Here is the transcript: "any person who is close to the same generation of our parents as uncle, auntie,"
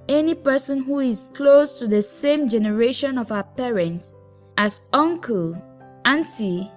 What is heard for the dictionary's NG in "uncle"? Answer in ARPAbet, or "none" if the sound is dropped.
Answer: NG